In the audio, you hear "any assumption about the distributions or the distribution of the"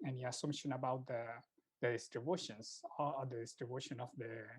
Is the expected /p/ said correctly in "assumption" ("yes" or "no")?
no